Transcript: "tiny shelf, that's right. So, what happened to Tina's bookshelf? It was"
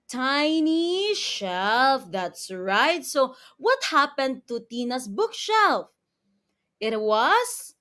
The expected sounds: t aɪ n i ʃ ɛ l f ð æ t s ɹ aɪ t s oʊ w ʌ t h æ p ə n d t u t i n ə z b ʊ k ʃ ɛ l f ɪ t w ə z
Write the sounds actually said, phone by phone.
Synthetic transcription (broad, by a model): t aɪ n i ʃ ɛ l f ð æ t s ɹ aɪ t s oʊ w ʌ t h æ p ə n d t u t i n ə s b ʊ k ʃ ɛ l f ɪ t w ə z